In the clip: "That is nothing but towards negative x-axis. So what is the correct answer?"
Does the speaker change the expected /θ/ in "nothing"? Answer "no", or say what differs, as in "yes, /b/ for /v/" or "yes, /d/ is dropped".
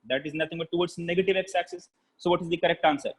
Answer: yes, /t/ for /θ/